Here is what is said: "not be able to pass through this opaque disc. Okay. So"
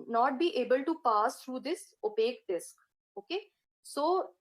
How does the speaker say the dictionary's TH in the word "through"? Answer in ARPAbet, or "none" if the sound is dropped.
T